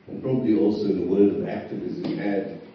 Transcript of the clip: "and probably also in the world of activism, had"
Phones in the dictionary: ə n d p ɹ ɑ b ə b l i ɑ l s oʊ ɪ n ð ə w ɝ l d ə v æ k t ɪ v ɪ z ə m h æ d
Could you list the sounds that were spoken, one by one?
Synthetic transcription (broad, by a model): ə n p ɹ ɑ b ə b l i ɑ l s oʊ ɪ n ð ə w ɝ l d ə v æ k t ɪ v ɪ z ə m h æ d